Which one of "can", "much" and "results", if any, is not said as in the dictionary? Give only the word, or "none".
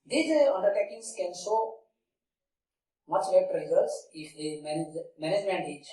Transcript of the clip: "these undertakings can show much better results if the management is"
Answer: results